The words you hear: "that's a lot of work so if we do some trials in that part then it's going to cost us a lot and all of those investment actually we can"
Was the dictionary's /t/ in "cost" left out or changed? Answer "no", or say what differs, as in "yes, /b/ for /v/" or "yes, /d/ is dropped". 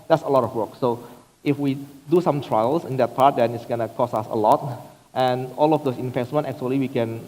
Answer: yes, /t/ is dropped